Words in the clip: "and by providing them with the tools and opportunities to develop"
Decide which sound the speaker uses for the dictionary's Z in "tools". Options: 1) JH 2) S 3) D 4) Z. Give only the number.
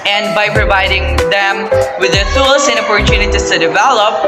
2